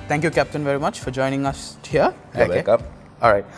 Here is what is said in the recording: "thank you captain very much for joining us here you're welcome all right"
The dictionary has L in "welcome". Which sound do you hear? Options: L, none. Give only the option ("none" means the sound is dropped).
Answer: none